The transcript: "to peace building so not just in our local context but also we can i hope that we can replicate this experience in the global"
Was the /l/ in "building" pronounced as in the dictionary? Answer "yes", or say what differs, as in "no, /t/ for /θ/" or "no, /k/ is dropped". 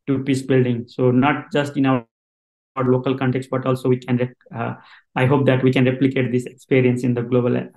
yes